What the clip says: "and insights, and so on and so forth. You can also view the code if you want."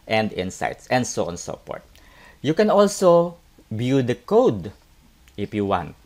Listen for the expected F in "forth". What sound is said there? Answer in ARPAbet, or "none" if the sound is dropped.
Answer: P